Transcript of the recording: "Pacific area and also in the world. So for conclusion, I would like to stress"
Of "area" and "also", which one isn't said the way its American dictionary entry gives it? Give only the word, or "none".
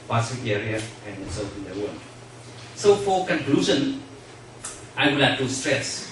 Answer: also